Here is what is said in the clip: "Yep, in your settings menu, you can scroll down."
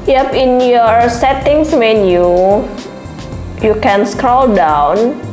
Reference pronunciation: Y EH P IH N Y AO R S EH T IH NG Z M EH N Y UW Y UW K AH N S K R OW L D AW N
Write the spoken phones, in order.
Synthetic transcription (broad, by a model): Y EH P IH N Y AO R S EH T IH NG S M EH N Y UW Y UW K AH N S K R OW L D AW N